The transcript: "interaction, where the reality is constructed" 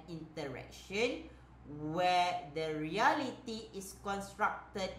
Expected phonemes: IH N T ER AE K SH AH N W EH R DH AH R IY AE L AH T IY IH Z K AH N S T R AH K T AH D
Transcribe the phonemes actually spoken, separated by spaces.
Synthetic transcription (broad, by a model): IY N T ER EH K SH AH N W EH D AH R IY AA L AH T IY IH S K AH N S T R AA K T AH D